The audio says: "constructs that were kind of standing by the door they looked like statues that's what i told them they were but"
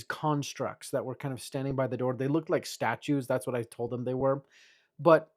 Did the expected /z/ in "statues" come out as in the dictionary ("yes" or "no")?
yes